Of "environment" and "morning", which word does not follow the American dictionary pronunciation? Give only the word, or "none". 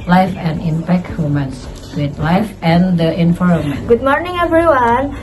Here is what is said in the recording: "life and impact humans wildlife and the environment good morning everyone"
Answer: environment